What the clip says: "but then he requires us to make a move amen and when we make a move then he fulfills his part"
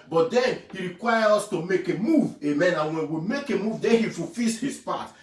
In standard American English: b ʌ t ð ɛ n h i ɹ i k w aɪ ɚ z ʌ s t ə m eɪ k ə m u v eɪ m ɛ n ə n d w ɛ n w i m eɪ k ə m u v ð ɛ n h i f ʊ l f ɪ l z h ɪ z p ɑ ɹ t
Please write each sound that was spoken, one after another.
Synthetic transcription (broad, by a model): b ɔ t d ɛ n h i ɹ i k w aɪ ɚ ɔ s t ə m eɪ k ə m u v eɪ m ɛ n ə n w ɛ n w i m eɪ k ə m u v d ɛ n h i f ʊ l f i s h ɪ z p ɑ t